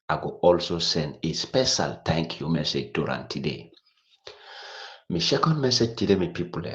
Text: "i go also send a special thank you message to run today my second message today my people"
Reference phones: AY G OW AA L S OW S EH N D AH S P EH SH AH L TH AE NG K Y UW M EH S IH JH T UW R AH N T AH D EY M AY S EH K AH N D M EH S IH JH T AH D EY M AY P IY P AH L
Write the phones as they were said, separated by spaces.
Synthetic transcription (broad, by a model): AY G OW AA L S OW S EH N D AH S P EH SH AH L T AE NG K Y UW M EH S IH JH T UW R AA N T AH D EY M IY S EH K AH N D M EH S IH JH T AH D EY M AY P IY P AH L